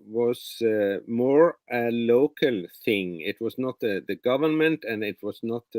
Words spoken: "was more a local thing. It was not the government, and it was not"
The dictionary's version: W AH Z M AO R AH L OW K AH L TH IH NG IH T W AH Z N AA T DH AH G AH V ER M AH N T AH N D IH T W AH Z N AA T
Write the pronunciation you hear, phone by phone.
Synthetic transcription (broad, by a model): W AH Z M AO R AH L OW K AH L TH IH NG IH T W AH Z N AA T DH AH G AH V ER M AH N T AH N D IH T W AH Z N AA T